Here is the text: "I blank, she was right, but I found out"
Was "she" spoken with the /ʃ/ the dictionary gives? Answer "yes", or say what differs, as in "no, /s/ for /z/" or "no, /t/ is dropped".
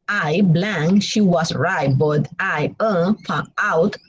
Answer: yes